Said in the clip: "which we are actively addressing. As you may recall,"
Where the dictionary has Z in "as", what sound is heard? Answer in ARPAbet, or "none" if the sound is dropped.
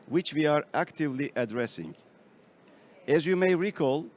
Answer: Z